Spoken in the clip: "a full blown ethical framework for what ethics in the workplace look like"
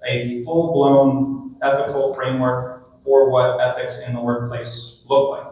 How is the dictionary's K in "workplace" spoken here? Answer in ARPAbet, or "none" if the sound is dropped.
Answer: K